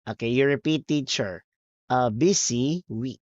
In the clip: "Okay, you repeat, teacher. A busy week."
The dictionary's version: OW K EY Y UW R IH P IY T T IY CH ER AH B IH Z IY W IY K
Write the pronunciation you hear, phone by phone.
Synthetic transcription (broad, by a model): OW K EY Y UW R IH P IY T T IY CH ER AH B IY S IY W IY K